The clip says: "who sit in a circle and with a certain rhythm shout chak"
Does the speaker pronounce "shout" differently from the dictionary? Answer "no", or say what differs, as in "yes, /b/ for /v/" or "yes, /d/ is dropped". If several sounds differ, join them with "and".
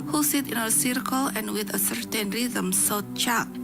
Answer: yes, /s/ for /ʃ/